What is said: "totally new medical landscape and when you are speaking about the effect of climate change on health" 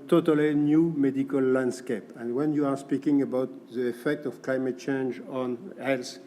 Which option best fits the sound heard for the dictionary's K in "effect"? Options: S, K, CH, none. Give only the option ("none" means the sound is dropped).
K